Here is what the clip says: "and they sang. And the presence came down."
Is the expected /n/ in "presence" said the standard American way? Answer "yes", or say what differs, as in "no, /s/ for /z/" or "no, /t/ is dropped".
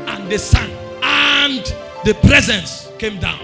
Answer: yes